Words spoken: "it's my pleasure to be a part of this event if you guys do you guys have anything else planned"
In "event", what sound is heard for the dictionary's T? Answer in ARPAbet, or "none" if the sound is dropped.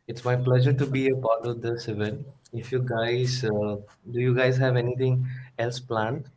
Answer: none